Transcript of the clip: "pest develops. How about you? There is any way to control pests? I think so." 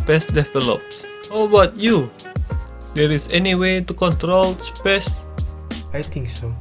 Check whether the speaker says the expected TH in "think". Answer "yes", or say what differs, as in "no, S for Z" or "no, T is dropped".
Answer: no, T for TH